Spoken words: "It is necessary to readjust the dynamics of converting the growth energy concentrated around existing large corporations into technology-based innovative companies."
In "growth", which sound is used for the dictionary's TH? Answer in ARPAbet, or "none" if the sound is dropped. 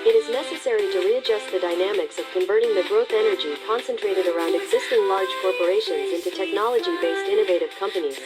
TH